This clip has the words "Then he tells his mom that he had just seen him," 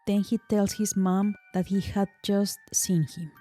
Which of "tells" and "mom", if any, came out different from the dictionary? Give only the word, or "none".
tells